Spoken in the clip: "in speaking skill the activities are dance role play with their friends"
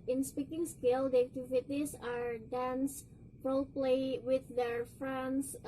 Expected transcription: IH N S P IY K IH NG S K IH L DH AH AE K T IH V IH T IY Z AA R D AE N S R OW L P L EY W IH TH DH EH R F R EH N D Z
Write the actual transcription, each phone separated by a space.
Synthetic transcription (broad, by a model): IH N S P IY K IH NG S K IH L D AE T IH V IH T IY S AA R D AE N S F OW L P L EY W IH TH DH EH R F R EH N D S